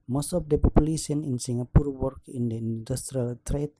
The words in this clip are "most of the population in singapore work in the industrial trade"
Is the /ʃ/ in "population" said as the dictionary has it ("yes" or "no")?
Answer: no